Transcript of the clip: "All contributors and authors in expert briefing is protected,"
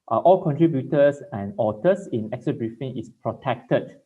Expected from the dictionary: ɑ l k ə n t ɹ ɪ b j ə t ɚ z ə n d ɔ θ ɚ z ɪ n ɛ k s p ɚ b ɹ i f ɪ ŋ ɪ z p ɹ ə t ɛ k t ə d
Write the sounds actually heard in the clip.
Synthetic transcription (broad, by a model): ɑ l k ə n t ɹ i b j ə t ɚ s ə n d ɔ t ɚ s ɪ n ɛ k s ɚ b ɹ i f ɪ ŋ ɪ s p ɹ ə t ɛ k t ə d